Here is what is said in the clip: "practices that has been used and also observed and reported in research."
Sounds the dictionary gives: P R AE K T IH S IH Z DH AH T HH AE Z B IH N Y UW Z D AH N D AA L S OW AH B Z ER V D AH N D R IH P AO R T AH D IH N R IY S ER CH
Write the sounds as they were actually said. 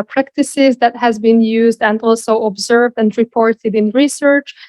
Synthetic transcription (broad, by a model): P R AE K T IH S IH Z DH AH T HH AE Z B IH N Y UW Z D AH N D AA L S OW AH B Z ER V D AH N D R IH P AO R T AH D IH N R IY S ER CH